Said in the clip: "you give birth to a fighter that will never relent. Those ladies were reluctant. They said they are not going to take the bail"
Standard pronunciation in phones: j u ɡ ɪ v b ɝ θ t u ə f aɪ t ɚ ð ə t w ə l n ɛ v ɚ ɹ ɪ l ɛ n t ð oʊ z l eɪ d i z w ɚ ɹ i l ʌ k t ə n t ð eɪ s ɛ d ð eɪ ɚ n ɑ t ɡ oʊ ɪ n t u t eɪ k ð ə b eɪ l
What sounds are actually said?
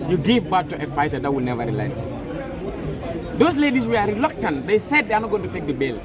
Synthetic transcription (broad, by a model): j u ɡ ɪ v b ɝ t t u ə f aɪ t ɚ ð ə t w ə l n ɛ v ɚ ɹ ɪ l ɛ t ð oʊ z l eɪ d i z w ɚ ɹ i l ʌ k t ə n t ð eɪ s ɛ d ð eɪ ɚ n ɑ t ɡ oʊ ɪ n t u t eɪ k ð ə b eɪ l